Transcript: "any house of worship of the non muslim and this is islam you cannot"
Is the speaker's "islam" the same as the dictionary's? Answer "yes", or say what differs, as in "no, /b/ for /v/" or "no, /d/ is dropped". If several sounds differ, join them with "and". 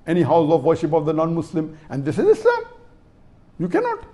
no, /l/ is dropped